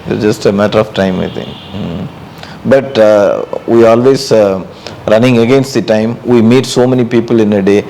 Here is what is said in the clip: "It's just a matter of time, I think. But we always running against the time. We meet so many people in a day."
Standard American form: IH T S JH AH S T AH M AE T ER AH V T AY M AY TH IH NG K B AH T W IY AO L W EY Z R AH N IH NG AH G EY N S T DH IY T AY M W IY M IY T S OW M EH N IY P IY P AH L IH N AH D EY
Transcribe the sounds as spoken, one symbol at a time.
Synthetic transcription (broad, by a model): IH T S JH AH S T AH M AE T ER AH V T AY M AY T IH NG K B AH T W IY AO L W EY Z R AH N IH NG AH G EY N S T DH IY T AY M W IY M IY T S OW M EH N IY P IY P AH L IH N AH D EY